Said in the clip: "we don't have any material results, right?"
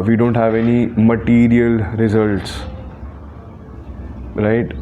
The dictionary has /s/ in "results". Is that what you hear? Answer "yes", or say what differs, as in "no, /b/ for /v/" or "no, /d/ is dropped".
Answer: yes